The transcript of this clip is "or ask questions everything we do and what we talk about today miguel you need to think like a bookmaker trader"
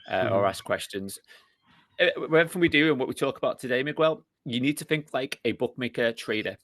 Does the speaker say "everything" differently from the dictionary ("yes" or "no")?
yes